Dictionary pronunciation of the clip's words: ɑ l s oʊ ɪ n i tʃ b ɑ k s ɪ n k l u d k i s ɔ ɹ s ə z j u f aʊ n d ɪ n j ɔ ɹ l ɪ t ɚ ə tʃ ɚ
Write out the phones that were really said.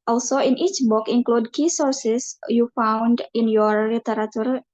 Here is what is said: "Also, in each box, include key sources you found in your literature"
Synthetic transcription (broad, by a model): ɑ l s oʊ ɪ n i tʃ b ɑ k ɪ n k l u d k i s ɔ ɹ s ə s j u f aʊ n d ɪ n j ɔ ɹ l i t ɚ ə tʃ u